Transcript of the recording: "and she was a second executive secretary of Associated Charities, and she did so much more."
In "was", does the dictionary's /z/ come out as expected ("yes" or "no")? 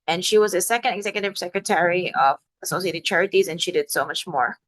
yes